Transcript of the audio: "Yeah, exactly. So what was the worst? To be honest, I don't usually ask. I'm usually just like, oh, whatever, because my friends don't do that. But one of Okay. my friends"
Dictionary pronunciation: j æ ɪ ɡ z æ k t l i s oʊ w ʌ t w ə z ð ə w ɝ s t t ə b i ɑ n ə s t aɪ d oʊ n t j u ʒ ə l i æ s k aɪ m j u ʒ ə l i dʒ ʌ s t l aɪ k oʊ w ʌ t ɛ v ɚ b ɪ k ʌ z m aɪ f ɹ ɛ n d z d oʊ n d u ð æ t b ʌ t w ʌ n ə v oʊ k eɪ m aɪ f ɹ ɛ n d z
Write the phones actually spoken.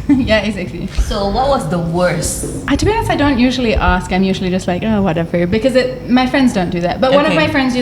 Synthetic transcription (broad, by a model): j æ ɪ ɡ z æ k t l i s oʊ w ʌ t w ə z ð ə w ɝ s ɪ t ə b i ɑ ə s aɪ d oʊ n t j u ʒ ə l i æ s k aɪ m j u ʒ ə l i dʒ ʌ s t l aɪ k oʊ w ʌ t ɛ v ɚ b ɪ k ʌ z m aɪ f ɹ ɛ n d z d oʊ n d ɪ ð æ t b ʌ t w ʌ n ə v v m aɪ f ɹ ɛ n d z